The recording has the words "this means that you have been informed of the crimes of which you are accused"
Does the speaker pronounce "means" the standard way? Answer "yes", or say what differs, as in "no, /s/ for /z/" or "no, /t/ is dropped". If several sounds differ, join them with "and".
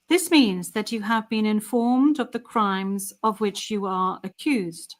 yes